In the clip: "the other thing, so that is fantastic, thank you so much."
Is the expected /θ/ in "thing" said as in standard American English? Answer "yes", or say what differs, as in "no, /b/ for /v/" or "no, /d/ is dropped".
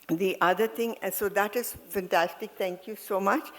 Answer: no, /t/ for /θ/